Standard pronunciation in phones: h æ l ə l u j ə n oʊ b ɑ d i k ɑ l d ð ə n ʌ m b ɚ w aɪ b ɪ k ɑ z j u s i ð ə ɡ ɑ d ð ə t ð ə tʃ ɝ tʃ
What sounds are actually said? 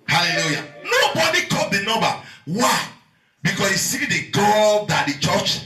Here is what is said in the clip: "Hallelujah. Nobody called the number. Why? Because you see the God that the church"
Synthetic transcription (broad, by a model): h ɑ l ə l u j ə n oʊ b ɑ d i k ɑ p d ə n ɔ b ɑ w aɪ b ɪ k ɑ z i s i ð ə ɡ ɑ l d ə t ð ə tʃ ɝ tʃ